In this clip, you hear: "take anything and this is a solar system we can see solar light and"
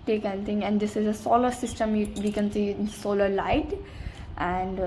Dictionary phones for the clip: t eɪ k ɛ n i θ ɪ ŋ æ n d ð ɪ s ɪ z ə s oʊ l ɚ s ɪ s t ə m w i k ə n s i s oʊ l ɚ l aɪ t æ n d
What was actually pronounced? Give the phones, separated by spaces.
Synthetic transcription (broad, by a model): t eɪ k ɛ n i t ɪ ŋ æ n d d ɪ s ɪ z ə s oʊ l ɚ s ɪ s t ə m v i k ə n s i s oʊ l ɚ l aɪ t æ n d